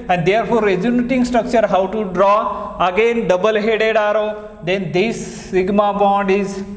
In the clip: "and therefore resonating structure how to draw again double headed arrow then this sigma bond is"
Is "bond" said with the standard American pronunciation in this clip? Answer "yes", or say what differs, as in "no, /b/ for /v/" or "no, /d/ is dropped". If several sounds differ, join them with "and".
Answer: yes